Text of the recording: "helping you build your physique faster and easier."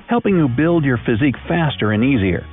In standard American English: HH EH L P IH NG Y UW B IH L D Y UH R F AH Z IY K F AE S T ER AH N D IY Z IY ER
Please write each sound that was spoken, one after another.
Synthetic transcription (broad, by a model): HH EH L P IH NG Y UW B IH L D Y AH R F AH Z IY K F AE S T ER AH N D IY Z IY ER